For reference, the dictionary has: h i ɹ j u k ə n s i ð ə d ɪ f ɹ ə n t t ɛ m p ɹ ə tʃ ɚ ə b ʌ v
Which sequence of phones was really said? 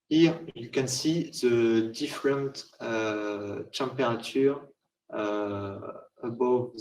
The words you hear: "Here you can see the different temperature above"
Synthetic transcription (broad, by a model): h i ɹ j u k ə n s i ð ə d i f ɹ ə n t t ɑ p ɹ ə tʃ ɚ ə b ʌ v